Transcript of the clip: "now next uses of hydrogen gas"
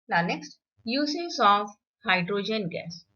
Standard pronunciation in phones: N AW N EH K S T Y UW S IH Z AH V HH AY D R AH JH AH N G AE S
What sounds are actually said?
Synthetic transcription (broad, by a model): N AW N EH K S T Y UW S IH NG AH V HH AY D R AH JH AH N G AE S